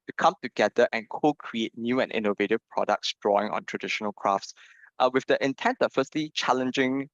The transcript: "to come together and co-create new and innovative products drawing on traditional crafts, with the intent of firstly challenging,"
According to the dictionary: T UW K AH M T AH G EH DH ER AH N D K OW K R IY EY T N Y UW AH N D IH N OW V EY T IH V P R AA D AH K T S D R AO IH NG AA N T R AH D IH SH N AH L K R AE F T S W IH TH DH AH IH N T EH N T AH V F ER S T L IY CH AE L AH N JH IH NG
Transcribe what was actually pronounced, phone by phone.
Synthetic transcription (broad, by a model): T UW K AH M T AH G EH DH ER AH N K OW K R IY EY T N Y UW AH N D IH N OW V EY T IH V P R AA D AH K T S D R AO IH NG AA N T R AH D IH SH N AH L K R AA F T S W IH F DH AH IH N T EH N T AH F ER S T L IY CH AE L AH N JH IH NG